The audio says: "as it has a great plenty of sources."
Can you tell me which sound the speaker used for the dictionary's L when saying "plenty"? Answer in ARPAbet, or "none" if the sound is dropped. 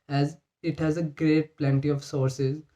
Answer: L